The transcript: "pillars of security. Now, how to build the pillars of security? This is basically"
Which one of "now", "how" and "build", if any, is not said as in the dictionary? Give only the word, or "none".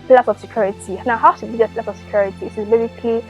build